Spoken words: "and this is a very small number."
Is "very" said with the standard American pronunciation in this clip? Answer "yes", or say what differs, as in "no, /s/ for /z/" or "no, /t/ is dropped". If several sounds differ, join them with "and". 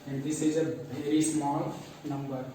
no, /ɹ/ is dropped